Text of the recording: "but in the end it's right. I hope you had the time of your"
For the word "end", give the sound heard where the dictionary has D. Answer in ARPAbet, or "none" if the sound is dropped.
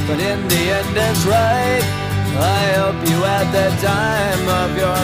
D